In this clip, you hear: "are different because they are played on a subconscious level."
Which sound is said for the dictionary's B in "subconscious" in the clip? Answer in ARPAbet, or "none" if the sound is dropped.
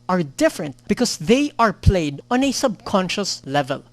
B